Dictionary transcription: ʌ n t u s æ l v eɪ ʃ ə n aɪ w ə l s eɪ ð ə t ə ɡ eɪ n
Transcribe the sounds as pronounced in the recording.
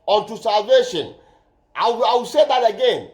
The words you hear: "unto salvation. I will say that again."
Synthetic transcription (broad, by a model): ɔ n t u s æ l v eɪ ʃ ə n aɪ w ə w s eɪ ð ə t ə ɡ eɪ n